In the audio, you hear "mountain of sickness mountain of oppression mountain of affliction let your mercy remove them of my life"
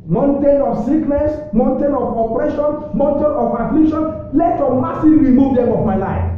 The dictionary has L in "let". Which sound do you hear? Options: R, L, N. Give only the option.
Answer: L